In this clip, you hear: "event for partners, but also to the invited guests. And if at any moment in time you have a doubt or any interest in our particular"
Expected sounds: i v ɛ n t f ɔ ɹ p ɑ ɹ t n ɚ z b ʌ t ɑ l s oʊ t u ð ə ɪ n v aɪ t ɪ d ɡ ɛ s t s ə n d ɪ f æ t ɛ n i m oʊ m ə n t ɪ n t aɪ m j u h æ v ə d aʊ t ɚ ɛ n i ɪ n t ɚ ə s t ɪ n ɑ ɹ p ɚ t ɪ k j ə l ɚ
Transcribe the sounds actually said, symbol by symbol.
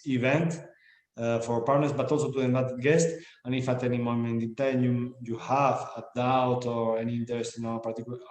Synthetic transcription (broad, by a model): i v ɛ n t f ɔ ɹ p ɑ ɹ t n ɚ s b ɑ t ɑ l s oʊ t u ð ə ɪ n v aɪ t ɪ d ɡ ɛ s t ə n ɪ f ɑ t ɛ n i m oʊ m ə n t ɪ n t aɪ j j u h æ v ə d aʊ t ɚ ɛ n i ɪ n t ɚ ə s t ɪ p ɑ ɹ t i k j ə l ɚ